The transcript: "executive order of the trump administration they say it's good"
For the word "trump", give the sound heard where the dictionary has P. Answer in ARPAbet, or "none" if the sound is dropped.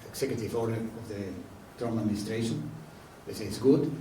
none